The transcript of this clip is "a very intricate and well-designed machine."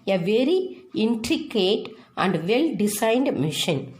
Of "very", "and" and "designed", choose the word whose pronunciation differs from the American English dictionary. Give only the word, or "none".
designed